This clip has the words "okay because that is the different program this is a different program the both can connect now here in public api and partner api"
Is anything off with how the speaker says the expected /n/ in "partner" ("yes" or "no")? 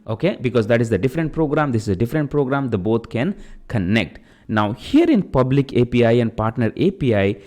no